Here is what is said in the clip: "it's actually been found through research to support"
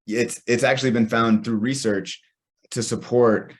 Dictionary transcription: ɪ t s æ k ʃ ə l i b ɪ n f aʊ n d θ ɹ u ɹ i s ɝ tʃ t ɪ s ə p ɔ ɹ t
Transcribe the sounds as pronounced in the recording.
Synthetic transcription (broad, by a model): ɪ t s æ k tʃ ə l i b ɪ n f aʊ n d θ ɹ u ɹ i s ɝ tʃ t ɪ s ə p ɔ ɹ t